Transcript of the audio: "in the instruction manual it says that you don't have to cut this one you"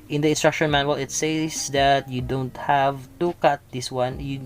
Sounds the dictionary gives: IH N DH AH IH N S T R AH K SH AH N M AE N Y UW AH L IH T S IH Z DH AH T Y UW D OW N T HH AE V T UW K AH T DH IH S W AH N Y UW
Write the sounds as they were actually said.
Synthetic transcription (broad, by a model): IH N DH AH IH N S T R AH K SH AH N M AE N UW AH L IH T S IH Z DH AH T Y UW D OW N T HH AE V T UW K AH T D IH S W AH N Y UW